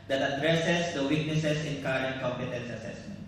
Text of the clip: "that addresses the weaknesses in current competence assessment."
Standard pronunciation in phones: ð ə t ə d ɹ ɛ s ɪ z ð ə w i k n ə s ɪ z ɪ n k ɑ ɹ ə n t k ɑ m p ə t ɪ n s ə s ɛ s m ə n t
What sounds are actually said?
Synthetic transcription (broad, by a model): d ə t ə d ɹ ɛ s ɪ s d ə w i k n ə s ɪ s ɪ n k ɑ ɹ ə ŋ k ɑ m p ə t ɪ n s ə s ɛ s m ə n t